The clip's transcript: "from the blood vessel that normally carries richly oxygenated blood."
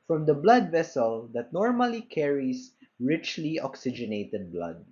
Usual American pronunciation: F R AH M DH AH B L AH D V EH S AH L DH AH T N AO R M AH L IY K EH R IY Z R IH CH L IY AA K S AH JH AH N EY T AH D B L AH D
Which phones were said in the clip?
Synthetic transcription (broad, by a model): F R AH M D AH B L AH D V EH S AH L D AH T N AO R M AH L IY K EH R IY S R IH CH L IY AA K S AH JH AH N EY T AH D B L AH D